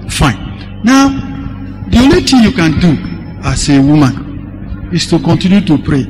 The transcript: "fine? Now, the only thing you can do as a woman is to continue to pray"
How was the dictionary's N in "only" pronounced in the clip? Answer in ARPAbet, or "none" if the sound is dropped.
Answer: none